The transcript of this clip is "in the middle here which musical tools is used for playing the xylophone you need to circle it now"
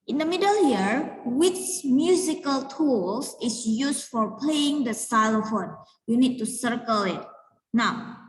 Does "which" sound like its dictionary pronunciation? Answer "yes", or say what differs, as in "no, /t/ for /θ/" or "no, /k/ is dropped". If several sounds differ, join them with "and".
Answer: no, /s/ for /tʃ/